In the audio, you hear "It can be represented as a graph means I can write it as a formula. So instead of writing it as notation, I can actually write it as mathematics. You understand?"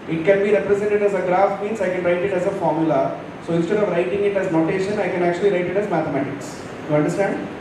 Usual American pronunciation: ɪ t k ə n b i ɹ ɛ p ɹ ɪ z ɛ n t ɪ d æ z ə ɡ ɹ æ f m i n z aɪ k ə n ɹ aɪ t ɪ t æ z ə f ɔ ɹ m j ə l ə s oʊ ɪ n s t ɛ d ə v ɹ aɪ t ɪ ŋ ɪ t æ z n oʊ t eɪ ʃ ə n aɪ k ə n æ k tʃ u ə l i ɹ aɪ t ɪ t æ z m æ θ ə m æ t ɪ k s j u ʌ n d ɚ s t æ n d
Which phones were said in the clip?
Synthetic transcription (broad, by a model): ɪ t k ə n b i ɹ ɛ p ɹ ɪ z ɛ n t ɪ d æ z ə ɡ ɹ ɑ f m i n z aɪ k ə n ɹ aɪ t ɪ t æ z ə f ɔ ɹ m j ə l ə s oʊ ɪ n s t ɛ d ə v ɹ aɪ t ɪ ŋ ɪ t æ z n oʊ t eɪ ʃ ə n aɪ k ə n æ k tʃ u ə l i ɹ aɪ t ɪ t æ z m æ t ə m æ t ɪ k s j u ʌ n d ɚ s t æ n d